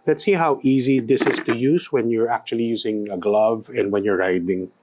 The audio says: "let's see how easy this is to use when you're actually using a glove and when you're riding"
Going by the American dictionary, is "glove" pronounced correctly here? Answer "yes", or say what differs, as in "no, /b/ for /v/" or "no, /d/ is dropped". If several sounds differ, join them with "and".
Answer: yes